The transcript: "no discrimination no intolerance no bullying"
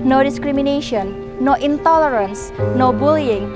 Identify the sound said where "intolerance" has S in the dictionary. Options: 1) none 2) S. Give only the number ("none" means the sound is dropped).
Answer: 2